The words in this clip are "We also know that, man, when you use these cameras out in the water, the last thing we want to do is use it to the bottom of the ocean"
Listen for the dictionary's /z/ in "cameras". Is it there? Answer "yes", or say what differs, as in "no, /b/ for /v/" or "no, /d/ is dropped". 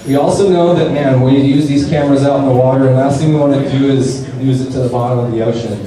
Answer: yes